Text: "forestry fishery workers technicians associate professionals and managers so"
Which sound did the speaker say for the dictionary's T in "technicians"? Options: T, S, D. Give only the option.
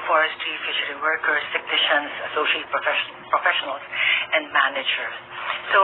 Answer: S